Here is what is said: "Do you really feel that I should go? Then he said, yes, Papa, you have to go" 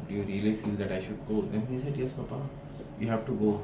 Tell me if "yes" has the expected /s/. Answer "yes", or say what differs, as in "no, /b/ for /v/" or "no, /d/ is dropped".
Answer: yes